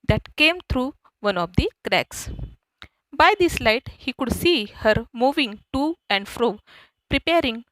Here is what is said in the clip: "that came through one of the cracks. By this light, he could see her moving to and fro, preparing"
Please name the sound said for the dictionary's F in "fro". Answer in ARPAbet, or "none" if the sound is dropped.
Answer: F